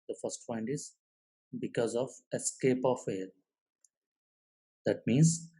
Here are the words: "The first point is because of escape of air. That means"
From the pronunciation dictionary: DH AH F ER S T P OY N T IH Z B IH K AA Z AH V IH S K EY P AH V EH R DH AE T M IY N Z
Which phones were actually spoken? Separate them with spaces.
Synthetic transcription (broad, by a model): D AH F ER S T F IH N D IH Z B IH K AA Z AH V IH S K EY P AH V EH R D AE T M IY N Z